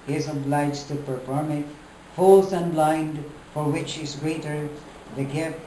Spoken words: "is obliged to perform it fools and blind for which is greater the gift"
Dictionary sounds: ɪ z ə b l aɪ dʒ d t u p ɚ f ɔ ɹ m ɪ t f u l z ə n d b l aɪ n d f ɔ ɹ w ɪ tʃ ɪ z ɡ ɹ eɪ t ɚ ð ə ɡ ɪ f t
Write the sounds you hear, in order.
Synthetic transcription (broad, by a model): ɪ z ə b l aɪ dʒ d t u p ɚ f ɔ ɹ m ɪ t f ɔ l s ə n b l aɪ n d f ɔ ɹ w ɪ tʃ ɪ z ɡ ɹ eɪ t ɚ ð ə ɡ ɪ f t